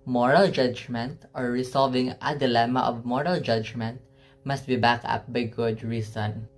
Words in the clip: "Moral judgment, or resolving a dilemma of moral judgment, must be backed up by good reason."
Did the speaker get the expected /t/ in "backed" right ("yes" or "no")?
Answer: no